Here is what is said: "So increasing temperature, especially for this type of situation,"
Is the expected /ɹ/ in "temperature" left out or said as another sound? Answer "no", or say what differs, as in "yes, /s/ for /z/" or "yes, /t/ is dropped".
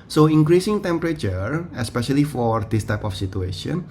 no